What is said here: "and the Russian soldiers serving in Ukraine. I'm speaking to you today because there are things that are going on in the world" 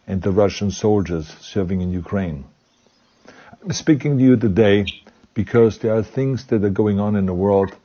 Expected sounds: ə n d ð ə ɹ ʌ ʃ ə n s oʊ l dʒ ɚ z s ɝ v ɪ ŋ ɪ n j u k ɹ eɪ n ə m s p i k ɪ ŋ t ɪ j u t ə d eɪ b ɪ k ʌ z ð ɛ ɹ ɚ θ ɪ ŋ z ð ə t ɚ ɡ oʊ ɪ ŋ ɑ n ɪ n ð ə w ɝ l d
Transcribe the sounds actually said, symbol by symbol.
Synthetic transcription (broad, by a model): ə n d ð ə ɹ ʌ ʃ ə n s oʊ l dʒ ɚ z s ɝ v ɪ ŋ ɪ n j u k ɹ eɪ ə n s p i k ɪ ŋ t ɪ j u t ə d eɪ b ɪ k ʌ z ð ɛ ɹ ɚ θ ɪ ŋ z ð ə t ɚ ɡ oʊ ɪ ŋ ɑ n ɪ n ð ə w ɝ l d